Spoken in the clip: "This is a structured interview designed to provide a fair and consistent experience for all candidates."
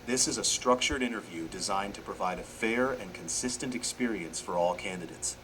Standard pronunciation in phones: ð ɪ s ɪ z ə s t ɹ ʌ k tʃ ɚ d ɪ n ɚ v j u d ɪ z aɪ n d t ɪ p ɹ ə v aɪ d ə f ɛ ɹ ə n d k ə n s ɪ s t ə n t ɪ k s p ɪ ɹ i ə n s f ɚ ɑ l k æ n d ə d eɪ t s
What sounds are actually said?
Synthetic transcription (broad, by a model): ð ɪ s ɪ z ə s t ɹ ʌ k tʃ ɚ d ɪ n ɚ v j u d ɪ z aɪ n t ɪ p ɹ ə v aɪ d ə f ɛ ɹ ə n k ə n s ɪ s t ə n t ɪ k s p ɪ ɹ i ə n s f ɚ ɑ l k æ n d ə d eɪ t s